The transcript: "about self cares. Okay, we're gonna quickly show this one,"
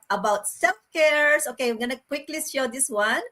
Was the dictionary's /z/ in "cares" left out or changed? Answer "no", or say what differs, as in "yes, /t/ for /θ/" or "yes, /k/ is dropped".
yes, /s/ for /z/